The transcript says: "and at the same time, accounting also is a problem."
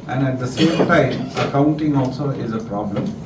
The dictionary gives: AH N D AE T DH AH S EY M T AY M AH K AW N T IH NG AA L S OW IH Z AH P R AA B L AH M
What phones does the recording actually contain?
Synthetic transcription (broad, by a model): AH N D AE T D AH S EY M T AY M AH K AW N T IH NG AA L S OW IH Z AH P R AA B L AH M